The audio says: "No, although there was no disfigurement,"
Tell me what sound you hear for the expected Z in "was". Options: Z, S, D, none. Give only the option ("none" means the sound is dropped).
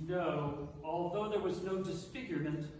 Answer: Z